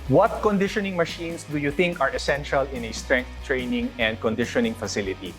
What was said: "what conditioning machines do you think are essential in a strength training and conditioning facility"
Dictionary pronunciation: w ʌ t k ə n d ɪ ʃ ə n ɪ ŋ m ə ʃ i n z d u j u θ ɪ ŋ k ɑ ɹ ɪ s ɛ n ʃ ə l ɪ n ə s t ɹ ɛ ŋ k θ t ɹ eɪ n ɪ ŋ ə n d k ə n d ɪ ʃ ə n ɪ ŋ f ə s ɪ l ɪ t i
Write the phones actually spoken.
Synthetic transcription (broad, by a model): w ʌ t k ə n d ɪ ʃ ə n ɪ ŋ m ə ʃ i n s d u j u θ ɪ ŋ k ɑ ɹ ɪ s ɛ n ʃ ə l ɪ n ə s t ɹ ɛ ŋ k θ t ɹ eɪ n ɪ ŋ ə n d k ə n d ɪ ʃ ə n ɪ ŋ f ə s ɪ l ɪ t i